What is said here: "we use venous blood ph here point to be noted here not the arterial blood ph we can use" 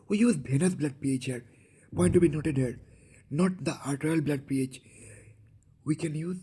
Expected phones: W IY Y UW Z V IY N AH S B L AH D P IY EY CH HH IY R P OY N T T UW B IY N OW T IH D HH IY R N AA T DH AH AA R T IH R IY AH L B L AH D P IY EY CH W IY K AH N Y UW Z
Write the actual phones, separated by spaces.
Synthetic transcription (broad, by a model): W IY Y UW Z B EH N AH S B L AH D P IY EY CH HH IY R P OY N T T UW B IY N OW T IH D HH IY R N AA T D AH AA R T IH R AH L B L AH D P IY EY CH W IY K AH N Y UW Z